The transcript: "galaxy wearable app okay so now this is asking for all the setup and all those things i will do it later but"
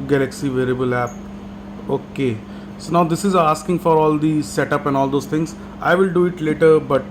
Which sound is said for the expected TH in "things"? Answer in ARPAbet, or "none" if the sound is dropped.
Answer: T